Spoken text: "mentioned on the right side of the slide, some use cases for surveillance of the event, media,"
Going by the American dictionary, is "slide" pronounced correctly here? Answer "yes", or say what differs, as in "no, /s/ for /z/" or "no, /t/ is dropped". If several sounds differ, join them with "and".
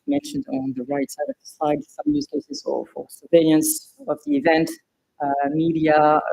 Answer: no, /l/ is dropped